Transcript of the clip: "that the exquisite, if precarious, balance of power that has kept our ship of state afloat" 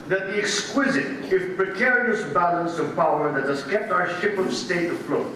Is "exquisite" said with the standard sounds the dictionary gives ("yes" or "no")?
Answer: yes